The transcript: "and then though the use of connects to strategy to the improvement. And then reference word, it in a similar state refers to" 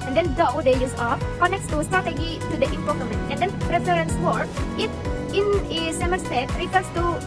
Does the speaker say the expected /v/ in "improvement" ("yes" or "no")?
no